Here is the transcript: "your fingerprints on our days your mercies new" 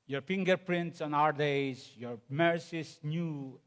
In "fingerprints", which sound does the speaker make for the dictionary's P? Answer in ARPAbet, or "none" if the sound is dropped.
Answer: P